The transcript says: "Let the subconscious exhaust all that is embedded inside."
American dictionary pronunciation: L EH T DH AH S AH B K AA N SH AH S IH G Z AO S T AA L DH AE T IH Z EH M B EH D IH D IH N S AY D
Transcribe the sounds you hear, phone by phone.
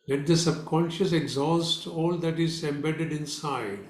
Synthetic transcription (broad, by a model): L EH T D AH S AH B K AA N SH AH S IH G Z AO S T AA L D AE T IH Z EH M B EH D IH D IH N S AY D